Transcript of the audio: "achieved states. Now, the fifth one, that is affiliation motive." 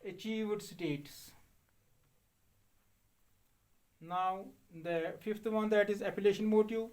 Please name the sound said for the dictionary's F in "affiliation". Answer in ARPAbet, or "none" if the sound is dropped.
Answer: P